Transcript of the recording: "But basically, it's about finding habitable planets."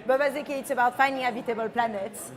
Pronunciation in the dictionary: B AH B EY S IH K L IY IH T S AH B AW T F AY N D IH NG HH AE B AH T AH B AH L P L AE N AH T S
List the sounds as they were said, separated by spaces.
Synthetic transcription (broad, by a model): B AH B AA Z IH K IY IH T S AH B AW T F AY N D IH NG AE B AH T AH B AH L P L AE N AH T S